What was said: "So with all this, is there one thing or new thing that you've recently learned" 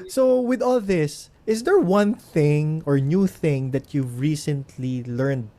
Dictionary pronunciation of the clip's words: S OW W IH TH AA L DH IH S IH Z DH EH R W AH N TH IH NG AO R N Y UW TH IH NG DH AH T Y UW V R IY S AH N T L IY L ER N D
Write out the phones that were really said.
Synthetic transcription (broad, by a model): S OW W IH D AA L DH IH S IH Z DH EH R W AH N TH IH NG AO R N Y UW TH IH NG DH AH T Y UW V R IY S AH N T L IY L ER N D